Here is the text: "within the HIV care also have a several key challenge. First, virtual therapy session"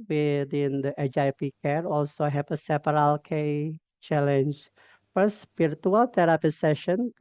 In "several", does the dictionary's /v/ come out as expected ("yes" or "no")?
no